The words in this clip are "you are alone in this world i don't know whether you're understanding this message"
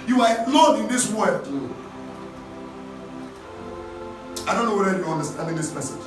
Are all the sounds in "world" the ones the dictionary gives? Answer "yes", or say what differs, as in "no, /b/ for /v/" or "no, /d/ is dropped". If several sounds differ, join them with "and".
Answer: no, /l/ is dropped